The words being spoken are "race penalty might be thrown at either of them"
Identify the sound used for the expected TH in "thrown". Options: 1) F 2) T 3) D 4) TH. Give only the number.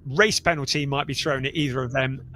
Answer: 4